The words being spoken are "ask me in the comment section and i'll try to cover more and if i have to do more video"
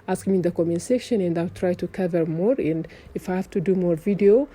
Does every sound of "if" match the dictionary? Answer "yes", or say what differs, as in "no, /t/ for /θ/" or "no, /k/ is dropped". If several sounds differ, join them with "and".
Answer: yes